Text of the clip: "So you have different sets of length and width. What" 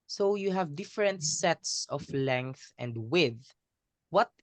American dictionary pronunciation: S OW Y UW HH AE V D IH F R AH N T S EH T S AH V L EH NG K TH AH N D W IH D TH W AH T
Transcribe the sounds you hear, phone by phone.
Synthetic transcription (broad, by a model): S OW Y UW HH AE V D IH F R AH N T S EH T S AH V L EH NG K TH AH N D W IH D W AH T